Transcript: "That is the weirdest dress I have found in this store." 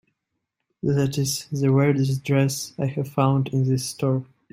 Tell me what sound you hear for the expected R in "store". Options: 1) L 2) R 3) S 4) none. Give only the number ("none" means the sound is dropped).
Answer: 2